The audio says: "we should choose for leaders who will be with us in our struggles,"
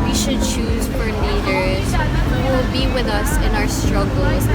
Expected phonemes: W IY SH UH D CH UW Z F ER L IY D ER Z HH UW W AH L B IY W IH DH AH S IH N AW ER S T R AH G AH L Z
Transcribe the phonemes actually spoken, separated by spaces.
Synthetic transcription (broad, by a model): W IY SH UH D CH UW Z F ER N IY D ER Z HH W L B IY W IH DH AH S IH N AW ER S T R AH G L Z